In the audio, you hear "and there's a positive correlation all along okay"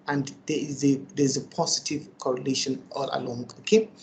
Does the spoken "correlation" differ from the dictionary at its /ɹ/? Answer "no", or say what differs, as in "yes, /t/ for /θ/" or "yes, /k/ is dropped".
no